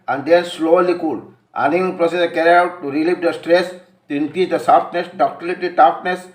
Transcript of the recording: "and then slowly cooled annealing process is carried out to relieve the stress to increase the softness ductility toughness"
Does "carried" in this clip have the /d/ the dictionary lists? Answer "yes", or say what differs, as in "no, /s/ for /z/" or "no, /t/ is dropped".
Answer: no, /d/ is dropped